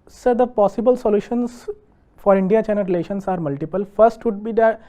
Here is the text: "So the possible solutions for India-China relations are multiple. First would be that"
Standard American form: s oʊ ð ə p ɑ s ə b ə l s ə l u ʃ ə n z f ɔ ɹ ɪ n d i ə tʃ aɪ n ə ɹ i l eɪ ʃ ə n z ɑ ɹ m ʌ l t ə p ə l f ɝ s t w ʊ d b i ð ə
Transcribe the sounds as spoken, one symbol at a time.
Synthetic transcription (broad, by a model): s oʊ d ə p ɑ s ə b ə l s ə l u ʃ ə n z f ɔ ɹ ɪ n d i ə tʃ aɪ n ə ɹ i l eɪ ʃ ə n s ɑ ɹ m ʌ l t ə p ə l f ɝ s t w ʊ d b i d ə